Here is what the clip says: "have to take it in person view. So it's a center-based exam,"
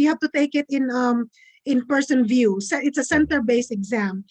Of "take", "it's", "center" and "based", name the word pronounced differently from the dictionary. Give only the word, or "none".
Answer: based